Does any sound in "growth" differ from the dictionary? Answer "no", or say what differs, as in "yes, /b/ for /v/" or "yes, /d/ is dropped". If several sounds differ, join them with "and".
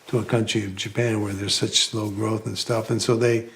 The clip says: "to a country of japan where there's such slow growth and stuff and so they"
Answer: no